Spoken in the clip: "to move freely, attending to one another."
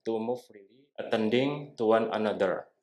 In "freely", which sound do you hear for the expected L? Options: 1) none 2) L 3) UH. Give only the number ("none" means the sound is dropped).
1